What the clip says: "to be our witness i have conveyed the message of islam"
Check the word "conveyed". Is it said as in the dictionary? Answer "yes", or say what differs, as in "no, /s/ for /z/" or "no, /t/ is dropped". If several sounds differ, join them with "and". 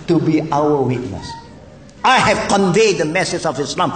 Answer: yes